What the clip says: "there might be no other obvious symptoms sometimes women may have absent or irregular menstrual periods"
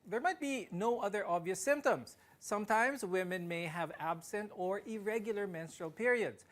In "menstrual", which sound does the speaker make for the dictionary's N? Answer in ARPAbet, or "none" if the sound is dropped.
N